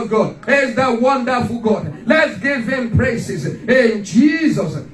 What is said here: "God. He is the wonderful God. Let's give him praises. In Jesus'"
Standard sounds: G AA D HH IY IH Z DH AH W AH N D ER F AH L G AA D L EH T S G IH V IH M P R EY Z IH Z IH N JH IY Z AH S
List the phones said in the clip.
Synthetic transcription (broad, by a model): G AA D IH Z DH AH W AH N D ER F AH L G AA D L EH T S G IH V IH M P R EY S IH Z IH N JH IY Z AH S